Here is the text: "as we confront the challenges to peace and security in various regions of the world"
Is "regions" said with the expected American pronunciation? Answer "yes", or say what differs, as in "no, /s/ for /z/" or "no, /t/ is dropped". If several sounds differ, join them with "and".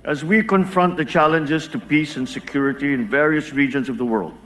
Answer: yes